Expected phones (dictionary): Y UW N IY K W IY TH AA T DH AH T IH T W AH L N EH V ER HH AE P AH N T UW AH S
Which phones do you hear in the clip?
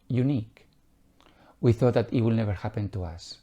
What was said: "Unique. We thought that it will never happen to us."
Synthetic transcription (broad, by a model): Y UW N IY K W IY TH AA T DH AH T IH T W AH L N EH V ER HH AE P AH N T UW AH S